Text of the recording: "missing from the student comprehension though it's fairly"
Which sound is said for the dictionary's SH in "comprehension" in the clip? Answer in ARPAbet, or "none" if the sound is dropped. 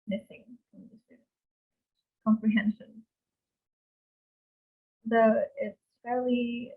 SH